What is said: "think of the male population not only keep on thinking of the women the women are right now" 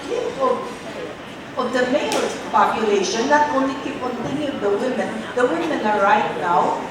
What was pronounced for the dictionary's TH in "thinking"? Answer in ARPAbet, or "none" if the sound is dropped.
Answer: T